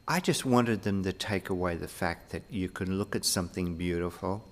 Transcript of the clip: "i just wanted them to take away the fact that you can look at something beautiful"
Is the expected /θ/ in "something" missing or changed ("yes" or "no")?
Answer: no